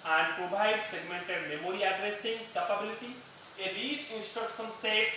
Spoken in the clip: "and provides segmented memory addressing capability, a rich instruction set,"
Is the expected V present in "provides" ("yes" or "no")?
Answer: no